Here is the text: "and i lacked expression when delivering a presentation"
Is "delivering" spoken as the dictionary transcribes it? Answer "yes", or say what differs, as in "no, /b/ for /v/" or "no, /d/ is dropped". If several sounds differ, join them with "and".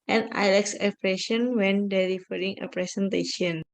no, /f/ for /v/